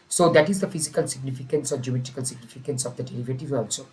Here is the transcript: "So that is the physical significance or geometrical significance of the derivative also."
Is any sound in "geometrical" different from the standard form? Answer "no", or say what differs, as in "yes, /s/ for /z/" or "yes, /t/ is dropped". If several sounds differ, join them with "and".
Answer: yes, /ɹ/ is dropped